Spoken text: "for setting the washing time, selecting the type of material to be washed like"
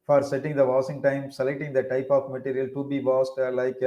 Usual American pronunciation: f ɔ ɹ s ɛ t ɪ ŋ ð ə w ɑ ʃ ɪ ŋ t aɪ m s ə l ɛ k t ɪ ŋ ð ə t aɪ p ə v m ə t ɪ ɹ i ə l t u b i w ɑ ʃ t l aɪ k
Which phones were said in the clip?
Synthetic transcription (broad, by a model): f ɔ ɹ s ɛ t ɪ ŋ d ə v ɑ s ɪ ŋ t aɪ m s ə l ɛ k t ɪ ŋ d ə t aɪ p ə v m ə t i ɹ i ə l t u b i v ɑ s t l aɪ k